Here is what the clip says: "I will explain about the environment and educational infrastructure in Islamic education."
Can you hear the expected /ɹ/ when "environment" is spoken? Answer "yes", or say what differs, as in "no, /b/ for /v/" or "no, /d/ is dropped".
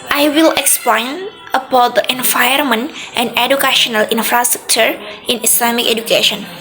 no, /ɹ/ is dropped